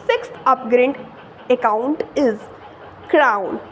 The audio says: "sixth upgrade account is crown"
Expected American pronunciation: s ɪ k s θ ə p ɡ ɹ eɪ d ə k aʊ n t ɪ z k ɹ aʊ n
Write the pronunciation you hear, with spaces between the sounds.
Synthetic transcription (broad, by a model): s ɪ k s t ə p ɡ ɹ eɪ d ə k aʊ n t ɪ z k ɹ aʊ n